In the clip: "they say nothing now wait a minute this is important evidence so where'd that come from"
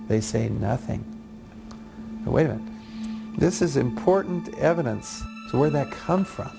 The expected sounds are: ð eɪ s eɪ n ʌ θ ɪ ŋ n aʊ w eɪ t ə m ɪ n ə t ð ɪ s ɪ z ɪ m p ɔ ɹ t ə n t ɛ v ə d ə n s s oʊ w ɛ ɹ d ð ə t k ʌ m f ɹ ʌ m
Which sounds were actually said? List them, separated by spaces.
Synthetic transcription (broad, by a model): ð eɪ s eɪ n ʌ θ ɪ ŋ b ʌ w eɪ ə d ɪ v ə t ð ɪ s ɪ z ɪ m p ɔ ɹ t n t ɛ v ə d ə n s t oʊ w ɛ ɹ ð ə t k ʌ m f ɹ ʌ m